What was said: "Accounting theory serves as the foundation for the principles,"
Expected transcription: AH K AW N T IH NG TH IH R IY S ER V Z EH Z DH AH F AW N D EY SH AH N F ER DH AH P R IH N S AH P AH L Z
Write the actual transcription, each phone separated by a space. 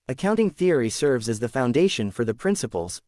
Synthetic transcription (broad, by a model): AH K AW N T IH NG TH IH R IY S ER V Z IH Z DH AH F AW N D EY SH AH N F ER DH AH P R IH N S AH P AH L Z